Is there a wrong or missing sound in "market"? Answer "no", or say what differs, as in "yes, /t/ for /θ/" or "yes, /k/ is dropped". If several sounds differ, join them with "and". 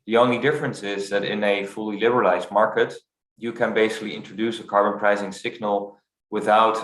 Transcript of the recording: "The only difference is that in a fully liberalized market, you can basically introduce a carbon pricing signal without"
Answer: no